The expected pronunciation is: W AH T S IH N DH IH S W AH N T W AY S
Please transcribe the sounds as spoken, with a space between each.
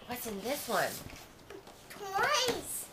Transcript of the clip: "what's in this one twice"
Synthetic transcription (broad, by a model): W AH T S IH N DH IH S W AH N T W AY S